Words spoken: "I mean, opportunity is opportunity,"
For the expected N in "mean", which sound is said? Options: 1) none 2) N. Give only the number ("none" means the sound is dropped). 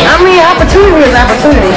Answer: 1